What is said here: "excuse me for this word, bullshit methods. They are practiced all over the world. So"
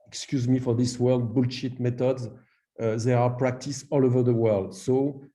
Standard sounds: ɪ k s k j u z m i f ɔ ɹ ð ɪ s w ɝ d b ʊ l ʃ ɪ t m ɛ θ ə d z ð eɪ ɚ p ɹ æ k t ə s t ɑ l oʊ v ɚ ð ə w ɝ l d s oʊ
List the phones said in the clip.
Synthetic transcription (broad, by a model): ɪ k s k j u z m i f ɔ ɹ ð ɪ s w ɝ d b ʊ l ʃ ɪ t m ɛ t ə d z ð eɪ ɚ p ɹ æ k t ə s ɑ l oʊ v ɚ ð ə w ɝ l d s oʊ